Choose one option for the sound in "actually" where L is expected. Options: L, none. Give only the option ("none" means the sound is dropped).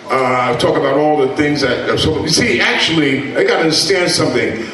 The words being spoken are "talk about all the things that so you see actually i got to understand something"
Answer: L